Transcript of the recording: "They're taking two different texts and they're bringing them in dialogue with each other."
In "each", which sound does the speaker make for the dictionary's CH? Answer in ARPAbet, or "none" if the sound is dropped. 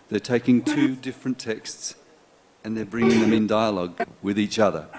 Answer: CH